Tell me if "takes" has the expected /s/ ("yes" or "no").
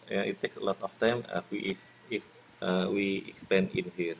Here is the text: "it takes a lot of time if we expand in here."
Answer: yes